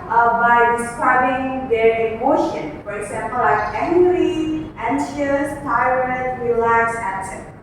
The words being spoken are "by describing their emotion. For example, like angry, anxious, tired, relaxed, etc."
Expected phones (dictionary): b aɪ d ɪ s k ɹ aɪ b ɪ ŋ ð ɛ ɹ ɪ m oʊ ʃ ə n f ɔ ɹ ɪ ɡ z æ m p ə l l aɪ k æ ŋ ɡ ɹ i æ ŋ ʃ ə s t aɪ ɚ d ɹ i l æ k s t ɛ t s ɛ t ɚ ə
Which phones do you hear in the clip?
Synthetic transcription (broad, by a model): b aɪ d ɪ s k ɹ aɪ b ɪ ŋ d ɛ ɹ ɪ m oʊ ʃ ə n f ɔ ɹ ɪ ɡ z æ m p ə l l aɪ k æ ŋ ɡ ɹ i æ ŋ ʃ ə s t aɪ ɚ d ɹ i l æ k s ɛ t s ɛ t